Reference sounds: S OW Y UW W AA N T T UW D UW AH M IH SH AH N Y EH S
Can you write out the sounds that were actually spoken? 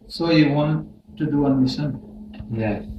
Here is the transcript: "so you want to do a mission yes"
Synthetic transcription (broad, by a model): S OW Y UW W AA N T T UW D UW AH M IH S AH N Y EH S